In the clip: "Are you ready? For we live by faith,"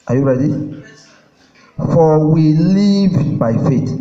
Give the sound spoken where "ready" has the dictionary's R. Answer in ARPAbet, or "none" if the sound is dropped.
R